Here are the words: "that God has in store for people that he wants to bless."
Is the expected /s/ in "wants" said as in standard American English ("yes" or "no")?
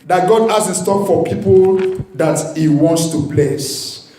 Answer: yes